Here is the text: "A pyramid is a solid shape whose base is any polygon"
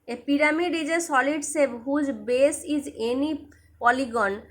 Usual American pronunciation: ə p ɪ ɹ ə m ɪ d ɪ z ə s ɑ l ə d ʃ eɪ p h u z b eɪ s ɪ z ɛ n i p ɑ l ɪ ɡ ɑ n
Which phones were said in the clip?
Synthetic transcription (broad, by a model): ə p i ɹ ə m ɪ d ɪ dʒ ə s ɑ l ə d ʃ eɪ b h u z b eɪ s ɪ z ɛ n i p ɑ l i ɡ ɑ n